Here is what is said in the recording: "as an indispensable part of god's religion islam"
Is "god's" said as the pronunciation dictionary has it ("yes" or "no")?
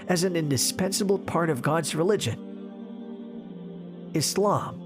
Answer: yes